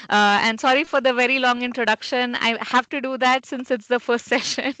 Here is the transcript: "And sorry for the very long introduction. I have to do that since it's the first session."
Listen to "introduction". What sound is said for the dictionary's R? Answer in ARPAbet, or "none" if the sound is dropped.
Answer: R